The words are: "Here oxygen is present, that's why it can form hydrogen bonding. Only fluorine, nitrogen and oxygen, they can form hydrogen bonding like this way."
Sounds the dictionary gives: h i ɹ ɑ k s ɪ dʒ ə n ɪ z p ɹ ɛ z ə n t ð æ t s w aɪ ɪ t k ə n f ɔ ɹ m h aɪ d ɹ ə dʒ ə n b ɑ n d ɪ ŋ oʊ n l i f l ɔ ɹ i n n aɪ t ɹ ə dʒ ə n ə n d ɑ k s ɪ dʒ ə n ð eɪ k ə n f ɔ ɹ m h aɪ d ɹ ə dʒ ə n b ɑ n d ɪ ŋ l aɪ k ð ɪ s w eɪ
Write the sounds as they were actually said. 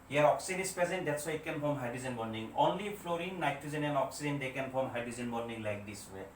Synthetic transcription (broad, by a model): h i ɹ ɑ k s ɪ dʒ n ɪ s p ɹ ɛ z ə n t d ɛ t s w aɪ ɪ t k ə n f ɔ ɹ m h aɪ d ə z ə n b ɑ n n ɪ ŋ oʊ n l i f l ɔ ɹ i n n aɪ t ə z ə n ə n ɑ k s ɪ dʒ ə n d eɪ k ə n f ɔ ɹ m h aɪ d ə z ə n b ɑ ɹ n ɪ ŋ l aɪ k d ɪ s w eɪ